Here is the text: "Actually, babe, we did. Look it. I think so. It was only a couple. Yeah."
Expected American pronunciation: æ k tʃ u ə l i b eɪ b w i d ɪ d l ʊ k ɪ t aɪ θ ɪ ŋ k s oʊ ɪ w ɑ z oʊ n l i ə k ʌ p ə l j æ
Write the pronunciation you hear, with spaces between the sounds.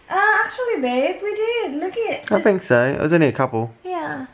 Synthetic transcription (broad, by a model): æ k tʃ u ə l i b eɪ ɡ w i d ɪ d l ʊ k ɪ t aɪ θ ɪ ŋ k s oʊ ɪ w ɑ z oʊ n i ə k ʌ p ə l j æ